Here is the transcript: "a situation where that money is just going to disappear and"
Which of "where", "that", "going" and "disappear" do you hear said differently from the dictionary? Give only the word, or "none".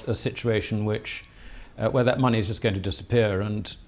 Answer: where